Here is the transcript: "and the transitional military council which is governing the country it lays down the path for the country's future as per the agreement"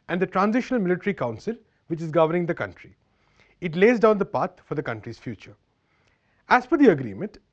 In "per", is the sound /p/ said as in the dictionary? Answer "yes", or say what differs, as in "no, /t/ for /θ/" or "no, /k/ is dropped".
no, /f/ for /p/